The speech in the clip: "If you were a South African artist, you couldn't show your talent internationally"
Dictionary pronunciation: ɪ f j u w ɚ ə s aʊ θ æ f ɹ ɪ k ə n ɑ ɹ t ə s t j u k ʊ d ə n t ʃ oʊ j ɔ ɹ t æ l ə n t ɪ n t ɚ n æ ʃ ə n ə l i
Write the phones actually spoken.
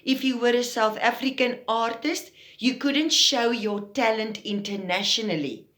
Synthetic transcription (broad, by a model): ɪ f j u w ɚ ə s aʊ θ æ f ɹ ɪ k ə n ɑ ɹ t ə s t j u k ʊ d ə n t ʃ oʊ j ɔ t æ l ə n t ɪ n t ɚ n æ ʃ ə n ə l i